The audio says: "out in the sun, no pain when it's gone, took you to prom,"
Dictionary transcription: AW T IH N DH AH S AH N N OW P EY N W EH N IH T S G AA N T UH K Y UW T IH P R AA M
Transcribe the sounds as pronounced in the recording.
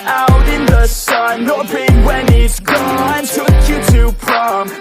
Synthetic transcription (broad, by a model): AW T IH N DH AH S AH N L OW B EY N W EH N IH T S G AA N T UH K Y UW T IH P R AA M